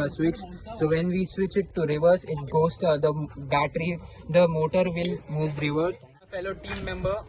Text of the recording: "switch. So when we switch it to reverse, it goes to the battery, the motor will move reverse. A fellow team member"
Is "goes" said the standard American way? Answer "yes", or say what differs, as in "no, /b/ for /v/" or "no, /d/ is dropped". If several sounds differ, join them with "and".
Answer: no, /s/ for /z/